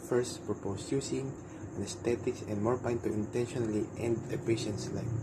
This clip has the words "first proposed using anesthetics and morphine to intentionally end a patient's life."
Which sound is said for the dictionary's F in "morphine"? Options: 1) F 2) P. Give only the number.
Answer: 2